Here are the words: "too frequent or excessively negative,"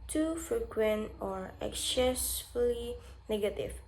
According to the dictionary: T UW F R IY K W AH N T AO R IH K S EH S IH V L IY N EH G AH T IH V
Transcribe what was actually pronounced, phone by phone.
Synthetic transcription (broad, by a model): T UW F R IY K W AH N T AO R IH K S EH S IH L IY N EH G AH T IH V